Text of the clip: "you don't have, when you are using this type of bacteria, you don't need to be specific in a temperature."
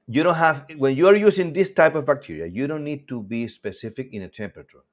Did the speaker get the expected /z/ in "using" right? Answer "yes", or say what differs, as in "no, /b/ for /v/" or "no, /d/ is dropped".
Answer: no, /s/ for /z/